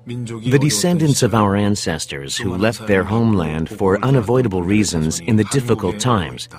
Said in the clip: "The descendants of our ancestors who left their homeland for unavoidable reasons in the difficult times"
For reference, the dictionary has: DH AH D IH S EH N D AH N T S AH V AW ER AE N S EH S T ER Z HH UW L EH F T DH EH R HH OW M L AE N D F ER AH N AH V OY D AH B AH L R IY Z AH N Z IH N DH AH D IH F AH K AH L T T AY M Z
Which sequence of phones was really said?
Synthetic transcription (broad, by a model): DH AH D IH S EH N D AH N T S AH V AW ER AE N S EH S T ER Z HH UW L EH F T DH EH R HH OW M L AE N D F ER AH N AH V OY D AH B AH L R IY Z AH N Z IH N DH AH D IH F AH K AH L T T AY M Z